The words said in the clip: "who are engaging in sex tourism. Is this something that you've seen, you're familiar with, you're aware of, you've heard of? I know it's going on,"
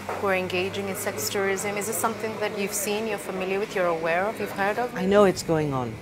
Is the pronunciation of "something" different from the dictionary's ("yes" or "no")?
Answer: no